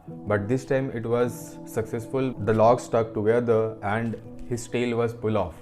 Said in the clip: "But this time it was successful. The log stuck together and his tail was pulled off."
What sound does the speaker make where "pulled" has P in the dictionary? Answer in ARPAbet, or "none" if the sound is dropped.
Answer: F